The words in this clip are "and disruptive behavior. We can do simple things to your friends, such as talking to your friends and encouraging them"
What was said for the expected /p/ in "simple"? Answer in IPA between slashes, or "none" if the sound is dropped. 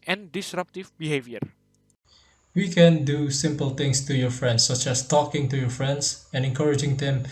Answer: /p/